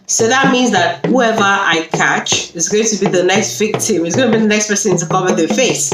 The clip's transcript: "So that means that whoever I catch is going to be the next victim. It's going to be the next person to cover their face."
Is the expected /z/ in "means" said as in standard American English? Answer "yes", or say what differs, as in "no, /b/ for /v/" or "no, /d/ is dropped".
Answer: yes